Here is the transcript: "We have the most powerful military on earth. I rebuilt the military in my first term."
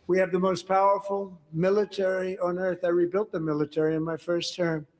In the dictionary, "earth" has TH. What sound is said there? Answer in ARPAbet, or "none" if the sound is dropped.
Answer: TH